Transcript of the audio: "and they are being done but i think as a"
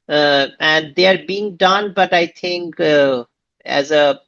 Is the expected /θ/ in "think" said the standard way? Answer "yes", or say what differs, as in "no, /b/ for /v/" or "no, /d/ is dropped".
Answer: no, /t/ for /θ/